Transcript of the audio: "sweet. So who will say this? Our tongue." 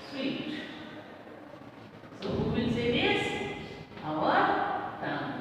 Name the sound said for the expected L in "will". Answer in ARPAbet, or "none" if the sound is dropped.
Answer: N